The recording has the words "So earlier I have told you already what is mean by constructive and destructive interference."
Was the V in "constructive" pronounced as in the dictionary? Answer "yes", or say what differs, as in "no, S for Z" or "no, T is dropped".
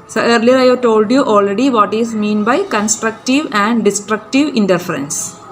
yes